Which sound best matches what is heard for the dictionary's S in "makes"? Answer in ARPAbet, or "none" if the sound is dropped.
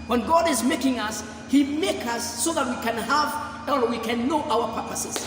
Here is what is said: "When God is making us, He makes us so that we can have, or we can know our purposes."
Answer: none